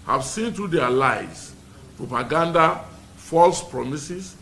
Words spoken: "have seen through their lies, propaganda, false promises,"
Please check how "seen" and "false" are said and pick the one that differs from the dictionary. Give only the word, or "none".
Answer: none